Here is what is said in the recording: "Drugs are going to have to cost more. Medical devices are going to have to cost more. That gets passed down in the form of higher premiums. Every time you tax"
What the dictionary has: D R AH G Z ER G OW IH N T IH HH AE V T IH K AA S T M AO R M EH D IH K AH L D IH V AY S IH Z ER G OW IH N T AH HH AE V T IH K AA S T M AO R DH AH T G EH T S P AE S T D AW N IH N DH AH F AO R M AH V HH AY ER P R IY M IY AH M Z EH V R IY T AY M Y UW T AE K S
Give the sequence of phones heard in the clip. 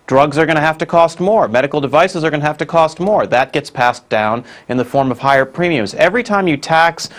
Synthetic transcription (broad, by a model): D R AH G Z ER G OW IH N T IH HH AE F T IH K AA S T M AO R M EH D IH K L D IH V AY S IH Z ER G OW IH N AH HH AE F T IH K AA S T M AO R DH AH T G EH T S P AE S D AW N IH N DH AH F AO R M AH V HH AY ER P R IY M IY AH M Z EH V R IY T AY M Y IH T AE K S